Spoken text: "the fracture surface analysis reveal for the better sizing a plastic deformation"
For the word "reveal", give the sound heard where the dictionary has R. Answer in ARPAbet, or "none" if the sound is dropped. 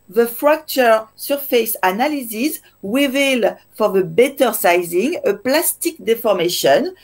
W